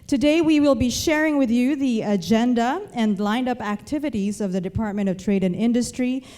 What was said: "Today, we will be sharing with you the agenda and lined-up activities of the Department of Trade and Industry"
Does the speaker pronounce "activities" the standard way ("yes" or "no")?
yes